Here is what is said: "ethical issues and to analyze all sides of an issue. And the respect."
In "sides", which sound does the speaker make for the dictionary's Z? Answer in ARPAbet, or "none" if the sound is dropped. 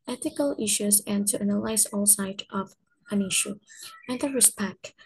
none